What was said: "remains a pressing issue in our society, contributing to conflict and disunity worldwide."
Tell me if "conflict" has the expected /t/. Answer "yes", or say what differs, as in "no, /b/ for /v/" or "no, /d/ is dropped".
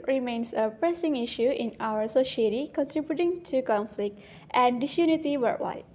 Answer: yes